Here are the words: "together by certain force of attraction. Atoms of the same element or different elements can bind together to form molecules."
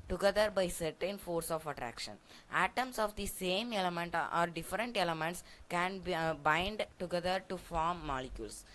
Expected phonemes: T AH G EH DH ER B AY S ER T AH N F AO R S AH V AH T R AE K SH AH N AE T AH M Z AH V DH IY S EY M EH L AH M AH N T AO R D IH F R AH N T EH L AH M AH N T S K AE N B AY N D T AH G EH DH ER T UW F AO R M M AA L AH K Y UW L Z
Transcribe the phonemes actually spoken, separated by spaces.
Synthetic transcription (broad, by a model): T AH G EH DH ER B AY S ER T AH N F AO R S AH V AH T R AE K SH AH N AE T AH M S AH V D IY S EY M EH L AH M AH N T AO R D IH F R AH N T EH L AH M AH N T S K AE N B AY N D T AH G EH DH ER T UW F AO R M M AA L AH K Y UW L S